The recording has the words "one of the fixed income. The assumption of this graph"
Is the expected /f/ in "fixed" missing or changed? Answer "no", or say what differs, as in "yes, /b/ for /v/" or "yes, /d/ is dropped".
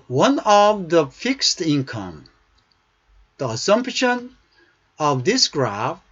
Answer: no